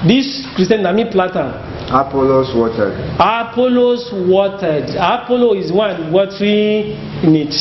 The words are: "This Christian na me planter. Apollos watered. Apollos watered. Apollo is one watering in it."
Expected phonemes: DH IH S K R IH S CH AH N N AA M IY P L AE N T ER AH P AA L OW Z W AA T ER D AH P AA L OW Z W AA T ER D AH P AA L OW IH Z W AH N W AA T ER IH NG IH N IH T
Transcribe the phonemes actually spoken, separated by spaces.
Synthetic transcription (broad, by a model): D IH S K R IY S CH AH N N AA M IY P L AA T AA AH P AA L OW S W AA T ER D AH P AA L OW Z W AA T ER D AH P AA L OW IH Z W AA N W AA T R IH N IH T